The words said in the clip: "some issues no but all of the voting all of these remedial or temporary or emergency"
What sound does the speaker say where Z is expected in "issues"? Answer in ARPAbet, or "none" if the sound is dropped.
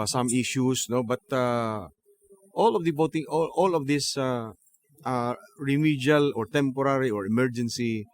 S